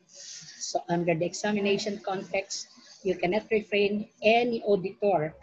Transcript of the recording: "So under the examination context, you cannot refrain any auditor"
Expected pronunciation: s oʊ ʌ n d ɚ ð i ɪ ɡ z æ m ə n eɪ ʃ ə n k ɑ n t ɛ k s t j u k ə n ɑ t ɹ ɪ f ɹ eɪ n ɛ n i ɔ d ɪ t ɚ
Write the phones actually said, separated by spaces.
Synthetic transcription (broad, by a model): s oʊ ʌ n d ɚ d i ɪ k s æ m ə n eɪ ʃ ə n k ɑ n t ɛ k s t j u k ə n ɑ t ɹ ɪ f ɹ eɪ n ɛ n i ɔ d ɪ t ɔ